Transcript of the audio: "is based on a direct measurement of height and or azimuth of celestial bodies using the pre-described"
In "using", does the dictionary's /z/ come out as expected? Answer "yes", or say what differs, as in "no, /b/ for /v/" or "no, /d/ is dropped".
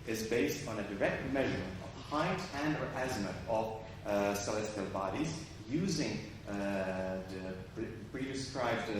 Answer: yes